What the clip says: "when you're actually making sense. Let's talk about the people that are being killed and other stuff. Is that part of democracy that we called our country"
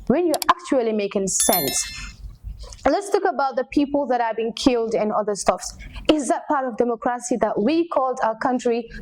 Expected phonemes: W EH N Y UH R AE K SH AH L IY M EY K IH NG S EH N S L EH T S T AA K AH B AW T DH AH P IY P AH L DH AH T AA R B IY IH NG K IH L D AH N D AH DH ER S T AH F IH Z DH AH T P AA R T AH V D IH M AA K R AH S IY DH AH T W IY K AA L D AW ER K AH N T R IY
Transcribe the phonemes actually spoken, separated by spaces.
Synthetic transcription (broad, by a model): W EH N Y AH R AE K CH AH L IY M EY K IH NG S EH N S L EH T S T AA K AH B AW T DH AH P IY P AH L DH AH T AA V B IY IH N K IH L D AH N AH DH ER S T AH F IH Z DH AH T P AA R T AH V D IH M AA K R AH S IY DH AH T W IY K AA L D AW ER K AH N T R IY